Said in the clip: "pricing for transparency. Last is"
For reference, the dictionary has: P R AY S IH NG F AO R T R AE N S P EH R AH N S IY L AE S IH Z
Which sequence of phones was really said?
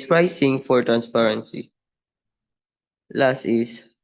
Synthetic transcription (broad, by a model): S R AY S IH NG F AO R T R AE N S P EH R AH N S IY L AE S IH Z